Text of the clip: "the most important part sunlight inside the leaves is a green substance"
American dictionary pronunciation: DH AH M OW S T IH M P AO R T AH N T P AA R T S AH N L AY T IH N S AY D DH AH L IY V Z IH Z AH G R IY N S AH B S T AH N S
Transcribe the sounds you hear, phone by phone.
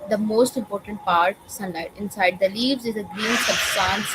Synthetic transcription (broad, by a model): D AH M OW S T IH M P AO R T AH N T P AA R T S AH N L AY T IH N S AY D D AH L IY V Z IH Z AH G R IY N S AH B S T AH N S